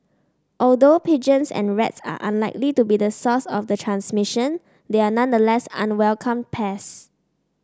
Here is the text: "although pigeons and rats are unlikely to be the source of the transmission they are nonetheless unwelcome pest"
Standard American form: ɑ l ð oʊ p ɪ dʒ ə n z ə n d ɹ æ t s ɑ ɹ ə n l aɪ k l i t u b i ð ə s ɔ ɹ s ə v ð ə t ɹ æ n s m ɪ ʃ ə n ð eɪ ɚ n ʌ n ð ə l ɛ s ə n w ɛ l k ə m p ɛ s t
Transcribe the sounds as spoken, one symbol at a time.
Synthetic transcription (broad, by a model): ɑ l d oʊ p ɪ dʒ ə n s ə n ɹ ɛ t s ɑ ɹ ə n l aɪ k l i t u b i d ə s ɔ s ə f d ə t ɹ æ n s m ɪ ʃ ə n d eɪ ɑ n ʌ n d ə l ɛ s ə n w ɛ l k ə m p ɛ s